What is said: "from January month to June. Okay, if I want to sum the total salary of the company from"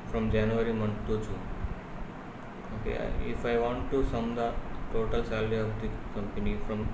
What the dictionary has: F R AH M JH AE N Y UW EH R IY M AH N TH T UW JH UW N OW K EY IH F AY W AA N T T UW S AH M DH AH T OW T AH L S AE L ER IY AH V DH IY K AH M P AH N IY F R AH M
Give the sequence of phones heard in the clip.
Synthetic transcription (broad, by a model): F R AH M JH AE N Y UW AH R IY M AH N T UW CH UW OW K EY IH F AY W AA N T T UW S AH M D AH T OW T AH L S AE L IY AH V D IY K AH M P AH N IY F R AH M